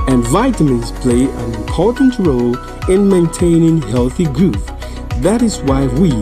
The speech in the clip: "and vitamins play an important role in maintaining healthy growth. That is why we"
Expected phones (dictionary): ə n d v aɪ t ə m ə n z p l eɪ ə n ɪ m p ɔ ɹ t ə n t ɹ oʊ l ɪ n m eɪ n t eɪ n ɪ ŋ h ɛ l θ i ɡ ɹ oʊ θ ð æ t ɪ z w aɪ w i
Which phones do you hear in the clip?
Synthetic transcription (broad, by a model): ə n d v aɪ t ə m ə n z p l eɪ ə n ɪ m p ɔ ɹ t n t ɹ oʊ l ɪ n m eɪ n t eɪ n ɪ ŋ h ɛ l θ i ɡ ɹ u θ ð æ t ɪ z w aɪ w i